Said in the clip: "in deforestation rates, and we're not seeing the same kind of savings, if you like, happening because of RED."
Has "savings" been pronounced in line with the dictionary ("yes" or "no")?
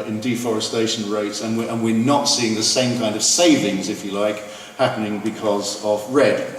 yes